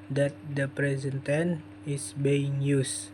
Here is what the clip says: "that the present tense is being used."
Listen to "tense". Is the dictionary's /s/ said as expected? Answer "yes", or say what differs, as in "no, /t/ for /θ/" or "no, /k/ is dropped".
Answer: no, /s/ is dropped